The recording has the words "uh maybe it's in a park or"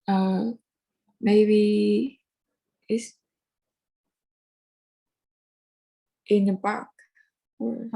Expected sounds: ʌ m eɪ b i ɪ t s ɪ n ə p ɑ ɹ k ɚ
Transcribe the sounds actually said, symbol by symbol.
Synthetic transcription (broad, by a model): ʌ m eɪ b i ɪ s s ɪ n ə b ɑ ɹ k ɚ